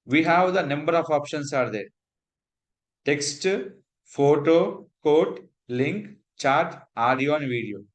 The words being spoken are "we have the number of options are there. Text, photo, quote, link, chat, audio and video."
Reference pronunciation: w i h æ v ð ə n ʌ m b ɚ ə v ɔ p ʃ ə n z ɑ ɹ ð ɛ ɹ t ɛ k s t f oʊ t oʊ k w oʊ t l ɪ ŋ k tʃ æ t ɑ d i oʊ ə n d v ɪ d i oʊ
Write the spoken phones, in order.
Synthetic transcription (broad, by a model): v i h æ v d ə n ʌ m b ɚ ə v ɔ p ʃ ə n s ɑ ɹ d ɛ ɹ t ɛ k s t f oʊ t oʊ k oʊ t l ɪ ŋ k tʃ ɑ t ɑ d i oʊ ə n d v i d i oʊ